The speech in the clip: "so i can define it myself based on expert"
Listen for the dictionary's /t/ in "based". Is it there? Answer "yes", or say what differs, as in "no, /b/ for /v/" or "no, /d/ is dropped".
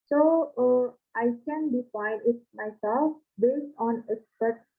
yes